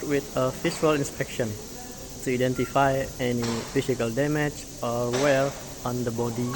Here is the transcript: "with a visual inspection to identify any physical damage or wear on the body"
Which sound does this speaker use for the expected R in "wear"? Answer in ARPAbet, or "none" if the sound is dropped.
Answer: L